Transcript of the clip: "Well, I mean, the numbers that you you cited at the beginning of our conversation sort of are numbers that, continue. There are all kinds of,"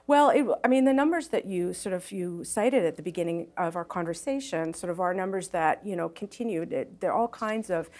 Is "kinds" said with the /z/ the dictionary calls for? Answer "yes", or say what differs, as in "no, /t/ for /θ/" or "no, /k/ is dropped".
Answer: yes